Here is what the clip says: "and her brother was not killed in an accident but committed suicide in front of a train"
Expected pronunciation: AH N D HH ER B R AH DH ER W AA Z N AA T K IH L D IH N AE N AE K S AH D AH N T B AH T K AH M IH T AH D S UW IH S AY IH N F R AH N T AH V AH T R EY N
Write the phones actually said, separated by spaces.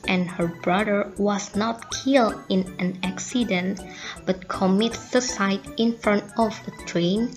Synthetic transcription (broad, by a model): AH N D HH ER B R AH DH ER W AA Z N AA T K IH L D IH N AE N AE K S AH D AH N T B AH T K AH M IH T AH S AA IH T IH N F R AH N T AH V AH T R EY N